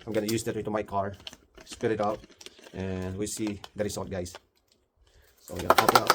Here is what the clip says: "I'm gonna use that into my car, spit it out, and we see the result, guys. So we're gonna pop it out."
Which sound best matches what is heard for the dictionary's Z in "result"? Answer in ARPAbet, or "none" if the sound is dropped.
S